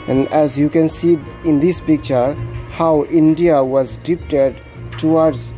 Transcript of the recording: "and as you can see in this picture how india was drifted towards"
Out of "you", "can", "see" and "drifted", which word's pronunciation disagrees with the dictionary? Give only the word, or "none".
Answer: drifted